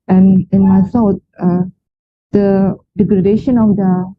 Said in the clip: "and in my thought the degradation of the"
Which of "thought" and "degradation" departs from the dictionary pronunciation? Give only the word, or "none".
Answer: thought